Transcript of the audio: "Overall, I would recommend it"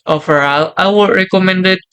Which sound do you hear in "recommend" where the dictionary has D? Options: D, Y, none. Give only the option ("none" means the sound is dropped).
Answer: D